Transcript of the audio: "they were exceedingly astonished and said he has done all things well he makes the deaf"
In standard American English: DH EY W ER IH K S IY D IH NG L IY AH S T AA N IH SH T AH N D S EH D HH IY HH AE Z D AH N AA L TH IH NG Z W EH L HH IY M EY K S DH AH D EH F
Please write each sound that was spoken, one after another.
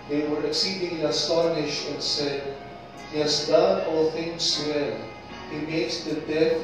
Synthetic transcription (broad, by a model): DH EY W ER IH K S IY D IH NG L IY AH S T AA N IH SH T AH N S EH D HH IY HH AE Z D AH N AA L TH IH NG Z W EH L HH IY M EY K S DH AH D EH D